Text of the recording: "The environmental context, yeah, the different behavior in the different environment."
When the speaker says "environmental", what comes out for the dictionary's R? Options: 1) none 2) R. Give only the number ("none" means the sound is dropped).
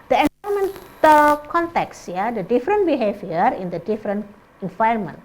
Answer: 1